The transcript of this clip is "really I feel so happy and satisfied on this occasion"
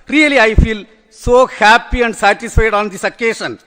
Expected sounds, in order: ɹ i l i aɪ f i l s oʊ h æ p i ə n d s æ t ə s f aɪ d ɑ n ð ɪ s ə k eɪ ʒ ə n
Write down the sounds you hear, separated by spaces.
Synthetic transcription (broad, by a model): ɹ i l i aɪ f i l s oʊ h æ p i ə n d s æ t ə s f aɪ d ɑ n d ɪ s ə k eɪ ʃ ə n